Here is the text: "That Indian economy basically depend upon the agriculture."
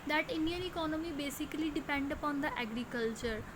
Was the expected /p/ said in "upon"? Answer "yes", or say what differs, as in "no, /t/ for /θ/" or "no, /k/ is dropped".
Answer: yes